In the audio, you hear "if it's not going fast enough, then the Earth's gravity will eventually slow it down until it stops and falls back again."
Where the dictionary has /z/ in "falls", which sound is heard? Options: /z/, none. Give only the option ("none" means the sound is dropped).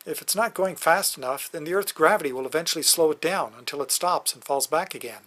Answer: /z/